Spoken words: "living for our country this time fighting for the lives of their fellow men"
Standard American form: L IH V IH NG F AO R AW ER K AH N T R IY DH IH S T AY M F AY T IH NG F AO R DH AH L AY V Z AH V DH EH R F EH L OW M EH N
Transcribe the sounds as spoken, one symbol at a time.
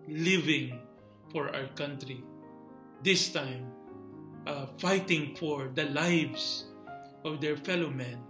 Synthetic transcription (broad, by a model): L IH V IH NG F AO R AW ER K AH N T R IY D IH S T AY M F AY T IH NG F AO R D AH L AY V S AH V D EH R F EH L OW M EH N